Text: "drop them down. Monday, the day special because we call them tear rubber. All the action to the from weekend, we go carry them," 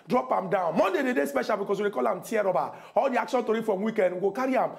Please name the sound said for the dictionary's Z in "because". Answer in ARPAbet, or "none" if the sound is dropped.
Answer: S